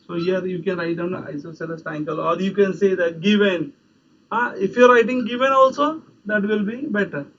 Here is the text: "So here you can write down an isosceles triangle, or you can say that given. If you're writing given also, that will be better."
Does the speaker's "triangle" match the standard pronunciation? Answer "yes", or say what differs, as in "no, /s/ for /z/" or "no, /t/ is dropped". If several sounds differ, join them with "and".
no, /ɹ/ is dropped